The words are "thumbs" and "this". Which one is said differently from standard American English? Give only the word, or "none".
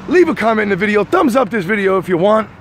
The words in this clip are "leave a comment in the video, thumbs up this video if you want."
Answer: none